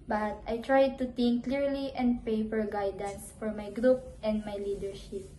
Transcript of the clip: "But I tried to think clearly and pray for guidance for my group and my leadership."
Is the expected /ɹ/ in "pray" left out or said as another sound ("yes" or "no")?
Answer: yes